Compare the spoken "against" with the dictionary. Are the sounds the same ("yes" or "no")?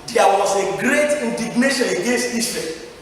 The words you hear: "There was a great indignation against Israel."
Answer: yes